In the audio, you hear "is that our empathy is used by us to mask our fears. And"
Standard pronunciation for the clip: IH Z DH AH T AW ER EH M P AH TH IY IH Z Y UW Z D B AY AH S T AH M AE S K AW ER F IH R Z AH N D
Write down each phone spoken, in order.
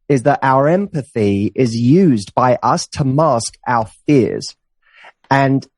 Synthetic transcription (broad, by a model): IH Z DH AH T AW ER EH M P AH TH IY IH Z Y UW Z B AY AH S T AH M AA S K AW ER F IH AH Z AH N